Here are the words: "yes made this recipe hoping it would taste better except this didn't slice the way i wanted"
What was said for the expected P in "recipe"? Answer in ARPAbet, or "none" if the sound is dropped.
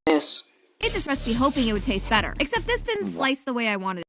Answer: B